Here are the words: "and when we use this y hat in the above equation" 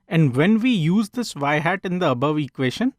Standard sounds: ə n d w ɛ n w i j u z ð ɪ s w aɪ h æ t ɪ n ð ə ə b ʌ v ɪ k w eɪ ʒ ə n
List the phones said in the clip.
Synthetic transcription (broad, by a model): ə n d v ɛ n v i j u z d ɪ s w aɪ h æ t ɪ n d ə ə b ʌ v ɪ k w eɪ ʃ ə n